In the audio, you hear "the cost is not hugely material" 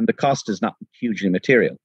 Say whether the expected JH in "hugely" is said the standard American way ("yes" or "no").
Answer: yes